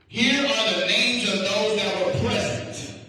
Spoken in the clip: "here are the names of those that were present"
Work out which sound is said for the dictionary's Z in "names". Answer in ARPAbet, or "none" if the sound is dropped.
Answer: Z